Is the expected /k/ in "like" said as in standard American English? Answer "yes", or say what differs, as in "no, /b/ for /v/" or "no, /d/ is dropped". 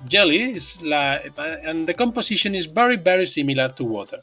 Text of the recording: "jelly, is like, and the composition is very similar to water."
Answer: no, /k/ is dropped